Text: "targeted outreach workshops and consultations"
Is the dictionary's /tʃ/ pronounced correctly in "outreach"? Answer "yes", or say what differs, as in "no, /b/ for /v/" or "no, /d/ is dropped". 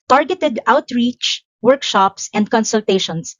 yes